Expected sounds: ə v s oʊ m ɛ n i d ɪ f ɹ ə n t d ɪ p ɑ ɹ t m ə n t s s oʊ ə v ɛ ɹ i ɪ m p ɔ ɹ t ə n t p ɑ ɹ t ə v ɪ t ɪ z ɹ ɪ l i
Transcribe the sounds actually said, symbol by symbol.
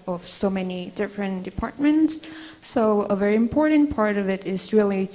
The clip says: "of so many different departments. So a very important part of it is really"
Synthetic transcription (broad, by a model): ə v s oʊ m ɛ n i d ɪ f ɹ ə n d ɪ p ɑ ɹ t m ə n t s s oʊ ə v ɛ ɹ i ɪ m p ɔ ɹ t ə n p ɑ ɹ t ə v ɪ t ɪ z ɹ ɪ l i